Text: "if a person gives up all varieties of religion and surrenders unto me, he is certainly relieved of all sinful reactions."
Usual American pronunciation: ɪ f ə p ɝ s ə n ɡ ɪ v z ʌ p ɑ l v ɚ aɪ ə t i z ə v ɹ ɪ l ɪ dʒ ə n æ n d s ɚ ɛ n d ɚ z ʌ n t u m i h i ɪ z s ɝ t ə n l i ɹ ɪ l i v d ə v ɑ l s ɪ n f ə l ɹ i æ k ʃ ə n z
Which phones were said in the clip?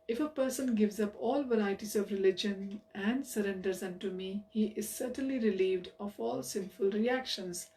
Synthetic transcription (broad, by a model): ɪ f ə p ɝ s ə n ɡ ɪ v z ʌ p ɑ l v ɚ aɪ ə t i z ə v ɹ ɪ l ɪ dʒ ə n æ n d s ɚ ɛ n d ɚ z ʌ n t u m i h i ɪ z s ɝ t ə n l i ɹ ɪ l i v d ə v ɑ l s ɪ n f ə l ɹ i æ k ʃ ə n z